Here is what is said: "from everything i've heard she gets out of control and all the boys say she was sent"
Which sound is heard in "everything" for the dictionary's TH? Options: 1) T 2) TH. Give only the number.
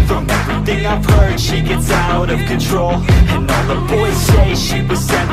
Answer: 2